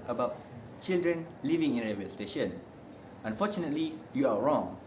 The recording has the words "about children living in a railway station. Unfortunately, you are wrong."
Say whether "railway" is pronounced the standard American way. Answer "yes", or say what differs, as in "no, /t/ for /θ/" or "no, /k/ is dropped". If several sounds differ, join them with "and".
no, /l/ is dropped